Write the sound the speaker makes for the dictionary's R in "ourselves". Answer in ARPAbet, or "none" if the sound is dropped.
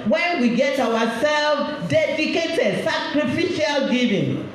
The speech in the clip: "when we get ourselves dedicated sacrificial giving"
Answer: W